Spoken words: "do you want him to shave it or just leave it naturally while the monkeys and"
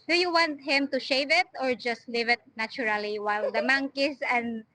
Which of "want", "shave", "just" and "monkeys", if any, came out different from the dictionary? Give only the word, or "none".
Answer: monkeys